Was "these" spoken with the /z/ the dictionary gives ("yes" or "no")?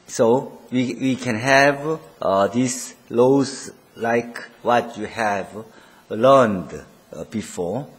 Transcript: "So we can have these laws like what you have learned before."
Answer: no